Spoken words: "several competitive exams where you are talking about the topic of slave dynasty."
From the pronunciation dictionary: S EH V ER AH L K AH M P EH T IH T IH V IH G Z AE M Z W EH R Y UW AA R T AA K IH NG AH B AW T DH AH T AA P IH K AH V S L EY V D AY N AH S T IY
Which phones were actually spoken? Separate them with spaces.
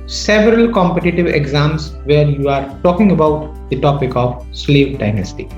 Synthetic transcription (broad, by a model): S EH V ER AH L K AH M P EH T IH T IH V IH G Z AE M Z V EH R Y UW AA R T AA K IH NG AH B AW T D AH T AA P IH K AH V S L EY V D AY N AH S T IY